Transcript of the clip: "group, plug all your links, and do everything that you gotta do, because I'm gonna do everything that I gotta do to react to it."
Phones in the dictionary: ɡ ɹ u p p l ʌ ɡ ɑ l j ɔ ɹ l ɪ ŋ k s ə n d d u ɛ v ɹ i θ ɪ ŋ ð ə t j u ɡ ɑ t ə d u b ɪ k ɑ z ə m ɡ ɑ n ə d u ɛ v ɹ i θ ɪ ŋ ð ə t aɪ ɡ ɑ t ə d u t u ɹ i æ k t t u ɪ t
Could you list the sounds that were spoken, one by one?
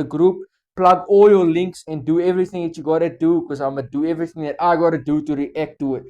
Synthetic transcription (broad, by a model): ɡ ɹ u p p l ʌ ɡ ɑ l j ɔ l ɪ ŋ k s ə n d d u ɛ v ɹ i θ ɪ ŋ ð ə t j u ɡ ɑ t ə d u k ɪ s ɑ ə m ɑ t d u ɛ v ɹ i θ ɪ ŋ ð ə t aɪ ɡ ɑ t ə d u t u ɹ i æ k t t u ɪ t